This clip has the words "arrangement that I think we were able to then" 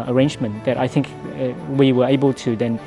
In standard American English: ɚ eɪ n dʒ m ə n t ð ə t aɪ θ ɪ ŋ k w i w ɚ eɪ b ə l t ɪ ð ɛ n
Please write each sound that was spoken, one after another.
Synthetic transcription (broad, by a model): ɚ eɪ n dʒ m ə n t ð ə t aɪ θ ɪ ŋ k w i w ɚ eɪ b ə l t ɪ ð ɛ n